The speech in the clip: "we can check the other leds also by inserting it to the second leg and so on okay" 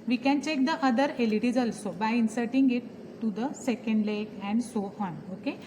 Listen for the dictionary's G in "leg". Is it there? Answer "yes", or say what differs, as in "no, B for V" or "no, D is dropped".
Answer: no, G is dropped